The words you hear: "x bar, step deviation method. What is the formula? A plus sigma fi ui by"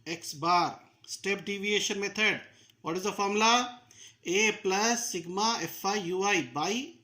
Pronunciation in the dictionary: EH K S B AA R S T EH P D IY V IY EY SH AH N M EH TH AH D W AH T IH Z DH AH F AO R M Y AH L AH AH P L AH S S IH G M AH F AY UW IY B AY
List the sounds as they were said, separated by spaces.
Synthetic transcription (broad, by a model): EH K S B AA R S T EH P D IY V IY EY SH AH N M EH T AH D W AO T IH Z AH F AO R M L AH AH P L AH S S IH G M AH F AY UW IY B AY